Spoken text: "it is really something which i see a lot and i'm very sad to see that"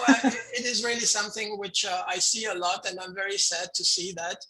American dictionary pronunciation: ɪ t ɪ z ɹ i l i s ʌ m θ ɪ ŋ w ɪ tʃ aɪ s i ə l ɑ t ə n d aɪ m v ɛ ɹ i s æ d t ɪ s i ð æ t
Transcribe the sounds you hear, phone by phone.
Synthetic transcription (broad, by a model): ɪ t ɪ z ɹ i l i s ʌ m θ ɪ ŋ w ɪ tʃ aɪ s i ə l ɑ t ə n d aɪ m v ɛ ɹ i s æ d t ɪ s i ð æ t